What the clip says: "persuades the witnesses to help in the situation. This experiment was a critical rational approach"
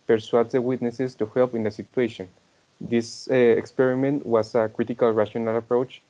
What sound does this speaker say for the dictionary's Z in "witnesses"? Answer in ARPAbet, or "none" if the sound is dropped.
S